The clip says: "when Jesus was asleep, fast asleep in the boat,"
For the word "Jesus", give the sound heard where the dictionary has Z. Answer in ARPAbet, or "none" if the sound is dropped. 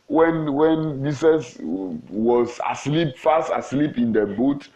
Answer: S